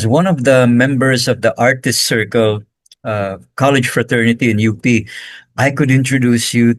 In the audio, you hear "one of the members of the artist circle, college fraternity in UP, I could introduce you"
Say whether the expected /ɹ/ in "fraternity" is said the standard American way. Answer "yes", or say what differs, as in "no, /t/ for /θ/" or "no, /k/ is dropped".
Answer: yes